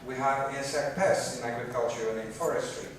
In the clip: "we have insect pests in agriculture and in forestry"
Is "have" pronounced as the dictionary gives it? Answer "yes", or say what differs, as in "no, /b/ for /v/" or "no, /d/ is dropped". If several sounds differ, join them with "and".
no, /w/ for /v/